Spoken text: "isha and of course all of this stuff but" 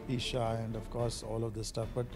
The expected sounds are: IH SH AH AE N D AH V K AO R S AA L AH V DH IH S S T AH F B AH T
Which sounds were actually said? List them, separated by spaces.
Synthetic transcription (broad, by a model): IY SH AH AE N D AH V K AO R S AA L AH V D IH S S T AH F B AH T